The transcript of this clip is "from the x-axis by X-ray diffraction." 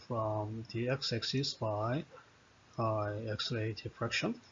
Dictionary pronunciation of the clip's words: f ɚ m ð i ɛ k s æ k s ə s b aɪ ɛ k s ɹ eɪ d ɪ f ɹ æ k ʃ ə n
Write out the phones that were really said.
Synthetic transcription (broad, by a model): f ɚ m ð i ɛ k s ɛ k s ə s b aɪ ɛ k s l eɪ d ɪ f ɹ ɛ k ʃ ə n